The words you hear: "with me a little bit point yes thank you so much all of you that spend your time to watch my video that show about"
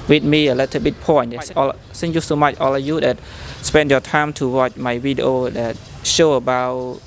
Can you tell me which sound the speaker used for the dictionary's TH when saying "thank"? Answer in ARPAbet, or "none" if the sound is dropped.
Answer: S